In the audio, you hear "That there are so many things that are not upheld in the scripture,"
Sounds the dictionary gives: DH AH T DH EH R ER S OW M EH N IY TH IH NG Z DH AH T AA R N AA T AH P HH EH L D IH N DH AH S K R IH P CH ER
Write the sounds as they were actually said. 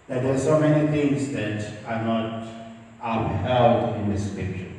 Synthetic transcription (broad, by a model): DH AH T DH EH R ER S OW M EH N IY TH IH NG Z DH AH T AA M N AA T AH B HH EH L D IH N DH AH S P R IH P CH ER